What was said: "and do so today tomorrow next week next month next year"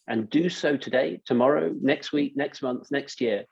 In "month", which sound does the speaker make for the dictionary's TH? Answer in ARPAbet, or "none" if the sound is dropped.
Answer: TH